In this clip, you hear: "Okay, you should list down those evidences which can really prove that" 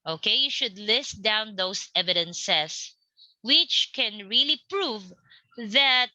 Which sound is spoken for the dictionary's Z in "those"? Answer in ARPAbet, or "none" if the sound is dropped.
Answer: S